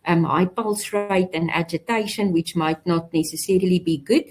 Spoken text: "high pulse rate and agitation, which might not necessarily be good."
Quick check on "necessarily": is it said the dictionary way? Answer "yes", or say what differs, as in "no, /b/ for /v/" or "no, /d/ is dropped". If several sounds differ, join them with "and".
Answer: yes